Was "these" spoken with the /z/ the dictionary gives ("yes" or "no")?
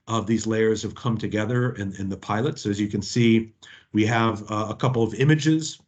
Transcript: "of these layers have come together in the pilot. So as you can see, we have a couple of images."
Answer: yes